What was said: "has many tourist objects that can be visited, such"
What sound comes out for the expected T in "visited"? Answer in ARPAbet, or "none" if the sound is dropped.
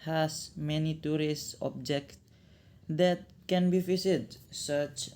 S